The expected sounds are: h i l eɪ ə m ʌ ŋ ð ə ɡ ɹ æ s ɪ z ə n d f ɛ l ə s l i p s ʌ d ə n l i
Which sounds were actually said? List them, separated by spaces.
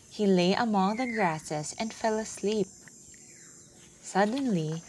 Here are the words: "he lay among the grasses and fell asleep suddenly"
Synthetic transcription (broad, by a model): h i l eɪ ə m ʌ ŋ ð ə ɡ ɹ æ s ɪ s ə n d f ɛ l ə s l i p s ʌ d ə n l i